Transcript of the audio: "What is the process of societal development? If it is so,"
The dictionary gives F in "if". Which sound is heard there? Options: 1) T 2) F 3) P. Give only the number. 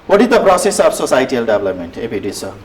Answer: 3